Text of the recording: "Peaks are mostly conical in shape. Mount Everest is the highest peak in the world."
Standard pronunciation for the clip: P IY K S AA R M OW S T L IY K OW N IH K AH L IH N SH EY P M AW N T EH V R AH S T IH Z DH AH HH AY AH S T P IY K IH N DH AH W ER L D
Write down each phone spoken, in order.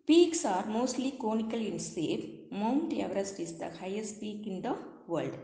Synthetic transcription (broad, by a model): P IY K S AA R M OW S T L IY K OW N IH K AH L IH N S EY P M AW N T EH V R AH S T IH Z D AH HH AY AH S T P IY K IH N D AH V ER L D